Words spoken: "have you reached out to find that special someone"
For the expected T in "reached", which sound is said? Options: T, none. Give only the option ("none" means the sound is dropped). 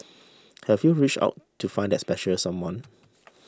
none